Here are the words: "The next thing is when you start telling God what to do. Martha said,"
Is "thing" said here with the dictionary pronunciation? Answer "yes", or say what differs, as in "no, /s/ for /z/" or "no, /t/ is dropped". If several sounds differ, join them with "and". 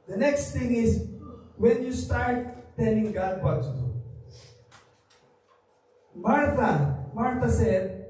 no, /t/ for /θ/